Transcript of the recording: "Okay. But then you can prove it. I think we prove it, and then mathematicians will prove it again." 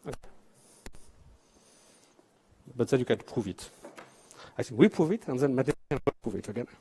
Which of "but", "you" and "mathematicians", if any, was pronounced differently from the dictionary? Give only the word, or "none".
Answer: mathematicians